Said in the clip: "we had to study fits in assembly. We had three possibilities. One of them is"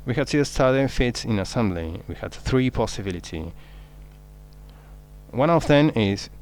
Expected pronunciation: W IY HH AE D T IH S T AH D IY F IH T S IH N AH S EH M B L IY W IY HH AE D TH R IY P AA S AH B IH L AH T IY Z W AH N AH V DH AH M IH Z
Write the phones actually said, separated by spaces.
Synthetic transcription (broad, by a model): W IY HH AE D T IH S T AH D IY F IH T S IH N AH S EH M B L IY W IY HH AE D TH R IY P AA S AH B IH L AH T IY W AH N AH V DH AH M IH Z